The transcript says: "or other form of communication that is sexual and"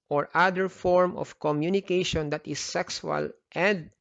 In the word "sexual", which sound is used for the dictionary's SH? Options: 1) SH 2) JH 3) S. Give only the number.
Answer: 3